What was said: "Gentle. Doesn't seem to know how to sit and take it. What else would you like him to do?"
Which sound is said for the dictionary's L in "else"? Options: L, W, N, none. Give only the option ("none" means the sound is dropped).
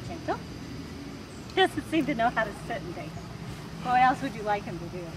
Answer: L